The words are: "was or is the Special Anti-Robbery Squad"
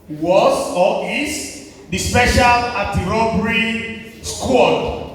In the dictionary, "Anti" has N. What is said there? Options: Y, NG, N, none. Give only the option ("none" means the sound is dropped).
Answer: none